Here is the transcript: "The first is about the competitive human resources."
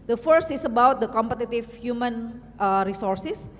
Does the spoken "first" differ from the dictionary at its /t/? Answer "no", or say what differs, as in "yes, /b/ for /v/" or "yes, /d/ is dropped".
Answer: no